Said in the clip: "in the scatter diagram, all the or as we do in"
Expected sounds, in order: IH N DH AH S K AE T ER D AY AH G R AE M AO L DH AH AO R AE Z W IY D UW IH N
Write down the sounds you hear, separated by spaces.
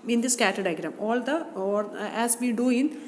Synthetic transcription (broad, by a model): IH N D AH S K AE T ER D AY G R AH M AO L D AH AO L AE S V IY D UW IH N